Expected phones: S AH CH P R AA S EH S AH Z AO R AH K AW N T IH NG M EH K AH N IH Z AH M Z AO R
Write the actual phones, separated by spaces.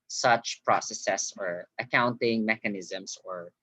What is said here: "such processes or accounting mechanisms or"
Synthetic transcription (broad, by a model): S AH CH P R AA S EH S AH S AO R AH K AW N T IH NG M EH K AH N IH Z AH M S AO R